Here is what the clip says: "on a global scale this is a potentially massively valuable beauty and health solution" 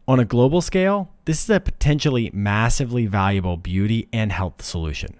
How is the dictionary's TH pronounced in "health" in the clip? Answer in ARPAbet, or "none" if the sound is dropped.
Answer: TH